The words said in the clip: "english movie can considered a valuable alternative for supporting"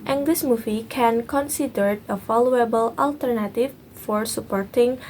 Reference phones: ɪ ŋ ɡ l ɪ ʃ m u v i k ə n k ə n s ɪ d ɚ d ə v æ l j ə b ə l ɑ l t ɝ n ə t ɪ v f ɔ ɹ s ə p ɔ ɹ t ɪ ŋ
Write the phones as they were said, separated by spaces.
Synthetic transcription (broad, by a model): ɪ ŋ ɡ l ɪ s m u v i k ə n k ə n s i d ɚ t ə f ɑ l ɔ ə b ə l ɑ l t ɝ n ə t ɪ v f ɔ ɹ s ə p ɔ ɹ t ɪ ŋ